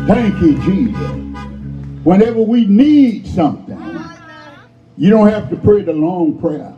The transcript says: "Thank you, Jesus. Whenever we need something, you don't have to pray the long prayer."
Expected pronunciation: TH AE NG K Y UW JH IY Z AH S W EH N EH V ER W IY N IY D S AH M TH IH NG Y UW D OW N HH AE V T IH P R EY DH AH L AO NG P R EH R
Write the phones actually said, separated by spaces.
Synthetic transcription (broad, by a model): TH AE NG K Y UW JH IY Z AH S W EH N EH V ER W IY N IY D S AH M TH IH NG Y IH D OW N HH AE F T IH P R EY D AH L AO NG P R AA